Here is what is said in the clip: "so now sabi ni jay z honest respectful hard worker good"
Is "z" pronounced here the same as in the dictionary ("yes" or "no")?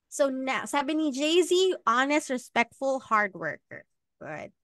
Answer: yes